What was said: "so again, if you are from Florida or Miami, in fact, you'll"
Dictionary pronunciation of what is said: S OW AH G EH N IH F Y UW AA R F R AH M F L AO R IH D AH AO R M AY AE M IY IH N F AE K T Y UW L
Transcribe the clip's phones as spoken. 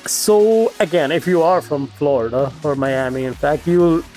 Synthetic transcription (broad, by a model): S OW AH G EH N IH F Y UW AA R F R AH M F L AO R IH D AH AO R M AY AE M IY IH N F AE K T Y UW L